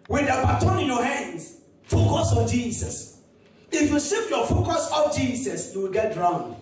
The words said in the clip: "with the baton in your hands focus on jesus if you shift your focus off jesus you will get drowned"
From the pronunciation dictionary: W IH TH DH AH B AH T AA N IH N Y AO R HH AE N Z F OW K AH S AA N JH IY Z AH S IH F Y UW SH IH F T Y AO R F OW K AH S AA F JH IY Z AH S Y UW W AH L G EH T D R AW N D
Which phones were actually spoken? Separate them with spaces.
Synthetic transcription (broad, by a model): W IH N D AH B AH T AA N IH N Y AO HH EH N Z F OW K AH S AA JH IY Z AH S IH F Y UW S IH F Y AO F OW K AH S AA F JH IY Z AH S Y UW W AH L G EH T R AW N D